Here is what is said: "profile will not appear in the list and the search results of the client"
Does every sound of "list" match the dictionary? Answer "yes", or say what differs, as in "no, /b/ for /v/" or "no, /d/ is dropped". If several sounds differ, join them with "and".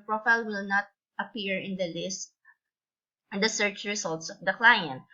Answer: yes